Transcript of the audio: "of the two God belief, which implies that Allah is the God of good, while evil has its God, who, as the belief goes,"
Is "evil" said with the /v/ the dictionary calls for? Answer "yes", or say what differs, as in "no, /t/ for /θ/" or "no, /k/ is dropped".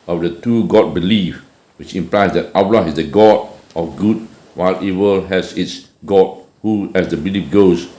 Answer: no, /w/ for /v/